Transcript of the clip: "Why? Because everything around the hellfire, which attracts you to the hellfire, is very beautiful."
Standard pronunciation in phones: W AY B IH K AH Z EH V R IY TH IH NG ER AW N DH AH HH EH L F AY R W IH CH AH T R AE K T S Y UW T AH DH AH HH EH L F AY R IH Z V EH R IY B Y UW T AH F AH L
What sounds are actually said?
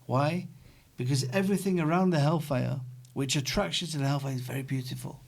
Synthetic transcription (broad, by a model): W AY B IH K AH Z EH V R IY TH IH NG ER AW N DH AH HH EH L F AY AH W IH CH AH T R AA K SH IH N T AH DH AH HH EH L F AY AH IH Z V EH R IY B Y UW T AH F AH L